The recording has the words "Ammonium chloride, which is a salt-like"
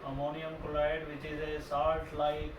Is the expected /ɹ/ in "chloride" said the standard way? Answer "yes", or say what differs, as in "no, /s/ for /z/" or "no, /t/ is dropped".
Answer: no, /l/ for /ɹ/